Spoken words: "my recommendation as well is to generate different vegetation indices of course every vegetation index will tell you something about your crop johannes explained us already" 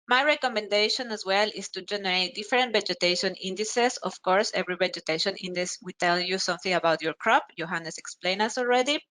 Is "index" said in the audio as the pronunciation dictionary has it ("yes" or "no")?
no